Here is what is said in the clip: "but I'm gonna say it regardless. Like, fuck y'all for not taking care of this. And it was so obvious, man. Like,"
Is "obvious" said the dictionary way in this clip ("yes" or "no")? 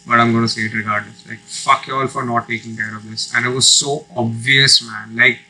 yes